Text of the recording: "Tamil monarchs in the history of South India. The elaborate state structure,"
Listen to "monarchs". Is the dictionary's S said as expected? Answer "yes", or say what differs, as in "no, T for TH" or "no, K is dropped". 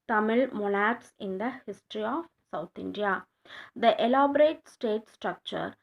yes